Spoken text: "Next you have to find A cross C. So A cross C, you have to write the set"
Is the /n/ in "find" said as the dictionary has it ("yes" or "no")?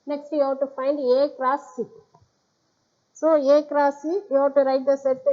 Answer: yes